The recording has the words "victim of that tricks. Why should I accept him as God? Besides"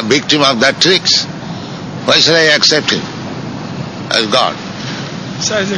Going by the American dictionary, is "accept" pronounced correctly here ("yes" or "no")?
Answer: yes